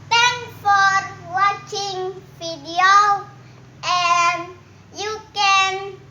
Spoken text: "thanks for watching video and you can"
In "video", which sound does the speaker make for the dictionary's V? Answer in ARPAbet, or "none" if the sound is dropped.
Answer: F